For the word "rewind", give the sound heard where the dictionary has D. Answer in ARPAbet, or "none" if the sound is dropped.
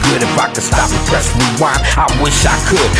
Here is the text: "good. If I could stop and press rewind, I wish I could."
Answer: none